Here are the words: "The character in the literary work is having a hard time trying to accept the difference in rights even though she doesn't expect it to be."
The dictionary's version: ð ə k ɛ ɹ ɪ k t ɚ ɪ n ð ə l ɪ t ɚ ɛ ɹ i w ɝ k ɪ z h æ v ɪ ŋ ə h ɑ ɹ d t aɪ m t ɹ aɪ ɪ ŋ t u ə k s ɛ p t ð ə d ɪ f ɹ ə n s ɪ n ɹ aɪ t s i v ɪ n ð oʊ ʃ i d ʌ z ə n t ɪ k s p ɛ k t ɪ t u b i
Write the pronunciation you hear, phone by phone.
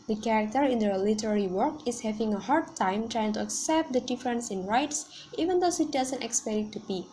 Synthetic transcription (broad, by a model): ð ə k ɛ ɹ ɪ k t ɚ ɪ n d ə l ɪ t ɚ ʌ ɹ i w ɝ k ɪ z h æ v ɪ ŋ ə h ɑ ɹ d t aɪ m t ɹ aɪ ɪ ŋ t u ə k s ɛ p t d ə d ɪ f ɹ ə n s ɪ n ɹ aɪ t s i v ɪ n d oʊ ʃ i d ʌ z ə n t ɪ k s p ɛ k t t u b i